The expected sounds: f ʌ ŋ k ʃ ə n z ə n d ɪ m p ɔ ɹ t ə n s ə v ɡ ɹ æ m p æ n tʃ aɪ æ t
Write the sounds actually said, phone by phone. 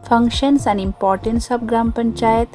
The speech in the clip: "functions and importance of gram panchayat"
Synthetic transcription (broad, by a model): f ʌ ŋ k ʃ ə n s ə n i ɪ m p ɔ ɹ t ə n s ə b ɡ ɹ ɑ m p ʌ n tʃ aɪ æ t